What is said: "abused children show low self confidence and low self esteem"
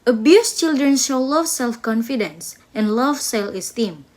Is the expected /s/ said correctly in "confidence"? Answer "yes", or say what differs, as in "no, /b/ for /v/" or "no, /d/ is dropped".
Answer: yes